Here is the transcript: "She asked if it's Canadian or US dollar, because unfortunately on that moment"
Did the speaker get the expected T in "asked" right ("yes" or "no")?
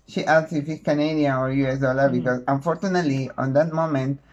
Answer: no